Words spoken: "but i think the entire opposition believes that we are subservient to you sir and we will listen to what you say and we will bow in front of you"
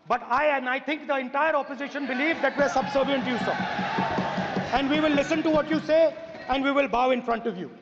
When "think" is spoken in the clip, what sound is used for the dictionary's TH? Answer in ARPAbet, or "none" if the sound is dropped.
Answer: T